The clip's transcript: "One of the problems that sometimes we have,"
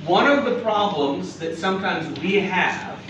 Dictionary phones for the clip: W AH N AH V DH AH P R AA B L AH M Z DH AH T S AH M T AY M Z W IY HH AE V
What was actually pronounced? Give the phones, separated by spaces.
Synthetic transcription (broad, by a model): W AH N AH V DH AH P R AA B L AH M Z DH AH T S AH M T AY M Z W IY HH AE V